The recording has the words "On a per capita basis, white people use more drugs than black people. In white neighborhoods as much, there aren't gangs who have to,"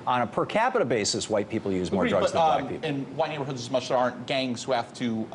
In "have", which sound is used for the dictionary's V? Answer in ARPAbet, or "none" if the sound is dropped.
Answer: F